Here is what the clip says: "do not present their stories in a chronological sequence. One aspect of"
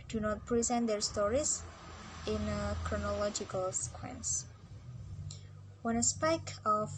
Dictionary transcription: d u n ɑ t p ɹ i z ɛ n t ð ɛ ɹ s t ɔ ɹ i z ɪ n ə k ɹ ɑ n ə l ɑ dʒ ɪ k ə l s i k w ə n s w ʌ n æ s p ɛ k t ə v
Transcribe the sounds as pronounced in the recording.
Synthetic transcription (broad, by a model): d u n ɑ t p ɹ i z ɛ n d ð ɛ ɹ s t ɔ ɹ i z ɪ n ə k ɹ ɑ n ə l ɑ dʒ ɪ k ə l s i k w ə n s w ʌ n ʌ s p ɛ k ə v